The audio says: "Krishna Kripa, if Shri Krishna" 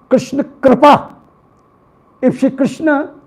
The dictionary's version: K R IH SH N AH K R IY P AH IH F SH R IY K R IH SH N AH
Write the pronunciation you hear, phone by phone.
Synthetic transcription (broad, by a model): K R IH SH N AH K R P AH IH P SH IY K R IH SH N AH